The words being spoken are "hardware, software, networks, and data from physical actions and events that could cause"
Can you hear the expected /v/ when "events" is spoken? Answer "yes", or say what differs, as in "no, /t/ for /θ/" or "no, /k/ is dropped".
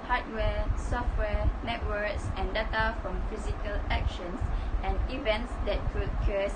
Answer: yes